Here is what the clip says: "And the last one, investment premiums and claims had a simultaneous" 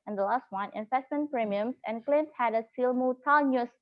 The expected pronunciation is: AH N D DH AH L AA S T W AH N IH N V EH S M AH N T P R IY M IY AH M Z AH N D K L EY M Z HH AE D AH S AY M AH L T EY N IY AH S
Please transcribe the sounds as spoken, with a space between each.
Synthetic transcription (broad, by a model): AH N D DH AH L AA S T W AH N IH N F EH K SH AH N P R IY M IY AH M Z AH N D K L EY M S HH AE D AH S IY M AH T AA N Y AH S